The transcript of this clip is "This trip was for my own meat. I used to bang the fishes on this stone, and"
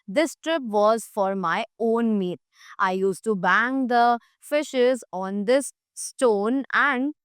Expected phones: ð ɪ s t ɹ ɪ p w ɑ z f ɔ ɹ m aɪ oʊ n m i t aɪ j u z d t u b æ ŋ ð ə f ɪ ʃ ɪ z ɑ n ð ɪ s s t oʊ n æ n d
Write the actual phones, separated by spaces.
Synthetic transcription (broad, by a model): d ɪ s t ɹ ɪ p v ɑ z f ɔ ɹ m aɪ oʊ n m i t aɪ j u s t u b æ ŋ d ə f ɪ ʃ ɪ z ɑ n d ɪ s s t oʊ n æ n d